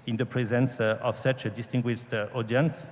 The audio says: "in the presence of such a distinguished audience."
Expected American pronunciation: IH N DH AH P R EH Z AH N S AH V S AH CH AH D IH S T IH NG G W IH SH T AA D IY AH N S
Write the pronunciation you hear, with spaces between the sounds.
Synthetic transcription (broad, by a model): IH N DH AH P R EH Z AH N S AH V S AH CH AH D IH S T IH NG G W IH SH T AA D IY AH N S